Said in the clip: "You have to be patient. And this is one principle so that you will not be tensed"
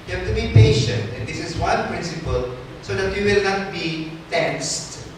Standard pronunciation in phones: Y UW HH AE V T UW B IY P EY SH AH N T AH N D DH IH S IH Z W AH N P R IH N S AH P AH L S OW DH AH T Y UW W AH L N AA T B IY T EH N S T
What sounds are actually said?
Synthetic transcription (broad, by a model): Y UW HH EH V T UW B IY P EY SH AH N T AH N D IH S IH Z W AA N P R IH N S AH P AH L S OW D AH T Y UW W AH L N AA T B IY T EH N S T